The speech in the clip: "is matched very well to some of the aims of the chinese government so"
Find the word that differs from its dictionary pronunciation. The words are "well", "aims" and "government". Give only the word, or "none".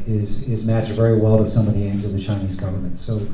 none